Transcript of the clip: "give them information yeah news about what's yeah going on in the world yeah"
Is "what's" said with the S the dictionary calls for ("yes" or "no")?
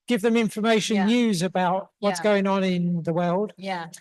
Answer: yes